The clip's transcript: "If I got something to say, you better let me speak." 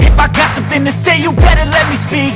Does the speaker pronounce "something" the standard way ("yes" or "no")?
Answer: yes